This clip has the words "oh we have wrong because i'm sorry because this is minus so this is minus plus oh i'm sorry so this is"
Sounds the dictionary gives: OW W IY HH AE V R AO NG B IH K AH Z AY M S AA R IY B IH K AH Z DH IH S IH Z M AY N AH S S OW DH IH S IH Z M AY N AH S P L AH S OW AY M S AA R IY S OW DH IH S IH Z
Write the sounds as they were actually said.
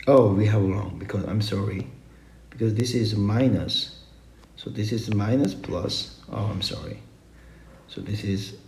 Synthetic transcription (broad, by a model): OW W IY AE V L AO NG B IH K AH Z AY M S AA R IY B IH K AH Z DH IH S IH Z M AY N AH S S OW DH IH S IH Z M AY N AH S P L AH S OW AY M S AA R IY S OW DH IH S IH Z